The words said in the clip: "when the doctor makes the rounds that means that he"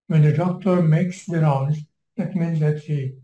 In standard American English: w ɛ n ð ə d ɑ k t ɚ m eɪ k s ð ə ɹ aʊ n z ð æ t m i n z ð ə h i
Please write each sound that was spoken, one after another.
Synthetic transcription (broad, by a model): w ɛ n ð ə d ɑ k t ɚ m eɪ k s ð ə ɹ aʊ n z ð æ t m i n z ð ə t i